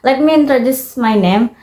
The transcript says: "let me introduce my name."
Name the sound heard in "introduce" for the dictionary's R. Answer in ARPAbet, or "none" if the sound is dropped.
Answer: R